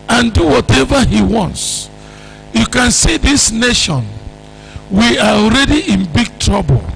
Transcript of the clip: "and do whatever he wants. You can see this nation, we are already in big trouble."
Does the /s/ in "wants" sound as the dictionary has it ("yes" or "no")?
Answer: yes